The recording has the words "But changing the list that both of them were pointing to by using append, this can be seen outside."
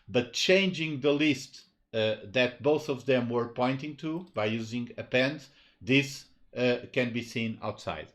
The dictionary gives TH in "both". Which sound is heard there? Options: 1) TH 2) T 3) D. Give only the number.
1